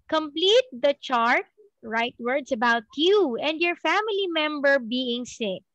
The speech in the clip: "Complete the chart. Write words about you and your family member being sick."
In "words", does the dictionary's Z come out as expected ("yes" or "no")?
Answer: no